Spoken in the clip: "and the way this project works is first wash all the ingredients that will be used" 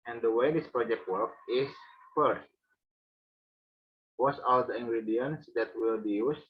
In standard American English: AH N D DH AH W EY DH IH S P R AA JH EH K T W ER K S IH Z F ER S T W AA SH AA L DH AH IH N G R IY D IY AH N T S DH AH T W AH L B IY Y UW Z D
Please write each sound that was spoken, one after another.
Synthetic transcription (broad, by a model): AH N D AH W EY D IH S P R AA JH EH K T W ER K IH S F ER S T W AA S AA L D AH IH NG G R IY D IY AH N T S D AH T W AH L B IY Y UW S